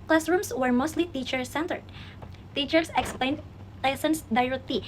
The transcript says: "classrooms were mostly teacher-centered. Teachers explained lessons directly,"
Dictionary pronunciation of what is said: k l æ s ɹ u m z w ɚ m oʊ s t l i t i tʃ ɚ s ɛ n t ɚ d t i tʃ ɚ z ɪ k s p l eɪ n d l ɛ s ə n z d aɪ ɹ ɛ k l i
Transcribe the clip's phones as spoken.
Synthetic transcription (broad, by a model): k l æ s ɹ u m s w ɚ m oʊ s t l i t i tʃ ɚ s ɛ n t ɚ d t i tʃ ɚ s ɪ k s p l eɪ n d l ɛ s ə n s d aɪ ɹ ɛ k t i